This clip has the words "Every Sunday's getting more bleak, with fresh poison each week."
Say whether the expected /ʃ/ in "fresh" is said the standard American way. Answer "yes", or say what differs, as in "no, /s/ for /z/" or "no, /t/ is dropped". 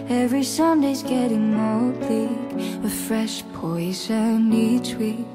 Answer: yes